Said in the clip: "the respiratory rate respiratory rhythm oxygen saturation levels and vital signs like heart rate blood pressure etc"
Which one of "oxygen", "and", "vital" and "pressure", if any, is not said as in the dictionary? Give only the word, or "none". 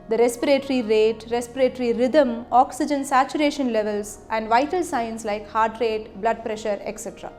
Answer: none